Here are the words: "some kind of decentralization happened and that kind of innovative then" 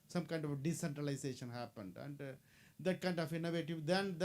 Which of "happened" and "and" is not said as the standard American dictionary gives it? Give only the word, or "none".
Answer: none